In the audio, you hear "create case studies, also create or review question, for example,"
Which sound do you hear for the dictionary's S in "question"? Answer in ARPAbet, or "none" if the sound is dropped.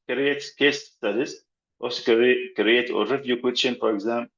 none